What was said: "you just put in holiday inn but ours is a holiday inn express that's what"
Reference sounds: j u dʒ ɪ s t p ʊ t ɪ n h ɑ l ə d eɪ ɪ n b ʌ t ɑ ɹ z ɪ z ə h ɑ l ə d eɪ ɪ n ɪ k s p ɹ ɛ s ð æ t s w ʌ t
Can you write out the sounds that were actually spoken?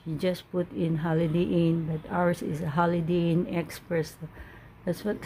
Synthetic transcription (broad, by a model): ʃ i dʒ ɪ s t p ʊ t ɪ n h ɑ l ə d eɪ ɪ n b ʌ t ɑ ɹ s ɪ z ə h ɑ l ə d eɪ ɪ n ɪ k s p ɹ ɛ s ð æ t s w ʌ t